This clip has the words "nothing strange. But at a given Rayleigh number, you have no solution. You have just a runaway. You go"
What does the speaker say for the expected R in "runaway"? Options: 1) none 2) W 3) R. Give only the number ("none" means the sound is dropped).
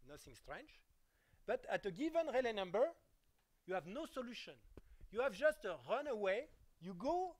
3